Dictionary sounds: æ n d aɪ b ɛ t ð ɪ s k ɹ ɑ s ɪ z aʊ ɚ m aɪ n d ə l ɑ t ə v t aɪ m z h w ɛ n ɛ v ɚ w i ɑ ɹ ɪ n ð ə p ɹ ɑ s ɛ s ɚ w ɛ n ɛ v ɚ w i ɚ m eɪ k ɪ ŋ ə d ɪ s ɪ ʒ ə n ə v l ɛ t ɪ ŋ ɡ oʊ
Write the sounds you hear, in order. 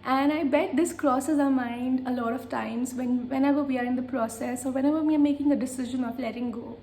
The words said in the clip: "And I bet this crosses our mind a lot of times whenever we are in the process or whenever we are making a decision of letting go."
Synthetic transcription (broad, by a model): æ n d aɪ b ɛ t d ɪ s k ɹ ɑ s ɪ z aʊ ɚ m aɪ n d ə l ɑ t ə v t aɪ m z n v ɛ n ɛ v ɚ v i ɑ ɹ ɪ n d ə p ɹ ɑ s ɛ s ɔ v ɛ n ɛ v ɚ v i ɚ m eɪ k ɪ ŋ ə d ɪ s ɪ ʒ ə n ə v l ɛ t ɪ ŋ ɡ oʊ